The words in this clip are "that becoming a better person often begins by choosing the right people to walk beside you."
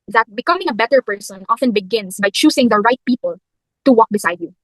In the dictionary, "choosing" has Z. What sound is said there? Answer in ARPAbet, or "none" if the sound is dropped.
S